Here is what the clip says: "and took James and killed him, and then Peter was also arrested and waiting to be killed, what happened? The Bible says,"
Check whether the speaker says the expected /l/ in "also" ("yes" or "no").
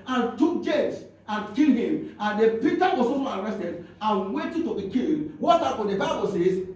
no